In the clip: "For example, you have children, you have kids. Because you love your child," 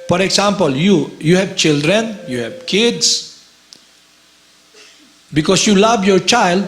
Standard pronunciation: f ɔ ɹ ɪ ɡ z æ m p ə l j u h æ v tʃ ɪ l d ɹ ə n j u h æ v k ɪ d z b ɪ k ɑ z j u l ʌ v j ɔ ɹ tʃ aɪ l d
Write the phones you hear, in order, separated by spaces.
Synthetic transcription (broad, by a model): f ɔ ɹ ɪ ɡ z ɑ m p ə l j u h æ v tʃ ɪ l d ɹ ə n j u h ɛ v k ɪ d s b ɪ k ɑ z j u l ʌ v j ɔ ɹ tʃ aɪ l d